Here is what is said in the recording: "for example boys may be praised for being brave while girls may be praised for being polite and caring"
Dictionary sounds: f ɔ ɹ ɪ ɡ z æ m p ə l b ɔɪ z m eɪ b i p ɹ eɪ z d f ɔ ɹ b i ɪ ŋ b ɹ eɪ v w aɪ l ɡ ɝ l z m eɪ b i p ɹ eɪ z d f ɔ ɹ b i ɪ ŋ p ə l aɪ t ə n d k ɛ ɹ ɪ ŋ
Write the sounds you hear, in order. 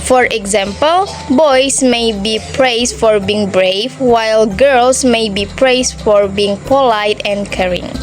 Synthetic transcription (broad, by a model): f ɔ ɹ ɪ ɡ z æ m p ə l b ɔɪ s m eɪ b i p ɹ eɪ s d f ɔ ɹ b i ɪ ŋ b ɹ eɪ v w aɪ l ɡ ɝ l s m eɪ b i p ɹ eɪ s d f ɔ ɹ b i ɪ ŋ p ə l aɪ t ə n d k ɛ ɹ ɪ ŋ